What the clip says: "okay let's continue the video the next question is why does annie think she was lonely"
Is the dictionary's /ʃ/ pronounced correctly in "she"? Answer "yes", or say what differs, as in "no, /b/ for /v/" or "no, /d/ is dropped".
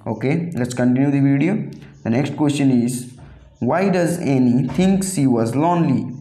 no, /s/ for /ʃ/